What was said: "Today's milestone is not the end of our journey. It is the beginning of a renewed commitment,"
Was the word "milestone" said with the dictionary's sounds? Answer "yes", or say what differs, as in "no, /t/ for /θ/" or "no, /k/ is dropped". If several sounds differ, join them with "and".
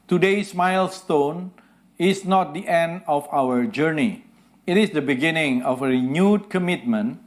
yes